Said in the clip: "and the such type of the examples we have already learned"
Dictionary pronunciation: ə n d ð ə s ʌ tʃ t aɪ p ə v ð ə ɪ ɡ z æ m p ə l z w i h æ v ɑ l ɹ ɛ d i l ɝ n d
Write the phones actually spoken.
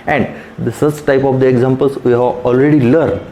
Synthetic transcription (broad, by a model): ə n d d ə s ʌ s t aɪ p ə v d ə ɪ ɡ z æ m p ə l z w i h æ v ɑ l ɹ ɛ d i l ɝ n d